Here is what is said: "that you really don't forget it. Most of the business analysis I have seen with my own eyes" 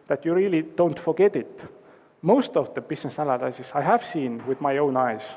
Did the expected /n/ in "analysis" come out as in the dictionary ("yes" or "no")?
no